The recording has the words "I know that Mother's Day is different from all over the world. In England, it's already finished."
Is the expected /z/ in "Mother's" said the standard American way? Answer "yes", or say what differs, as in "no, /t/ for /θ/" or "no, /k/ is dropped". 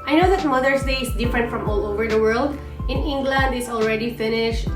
no, /s/ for /z/